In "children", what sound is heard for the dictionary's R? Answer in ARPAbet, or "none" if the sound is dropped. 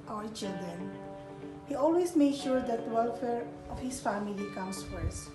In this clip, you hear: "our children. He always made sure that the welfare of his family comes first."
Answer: none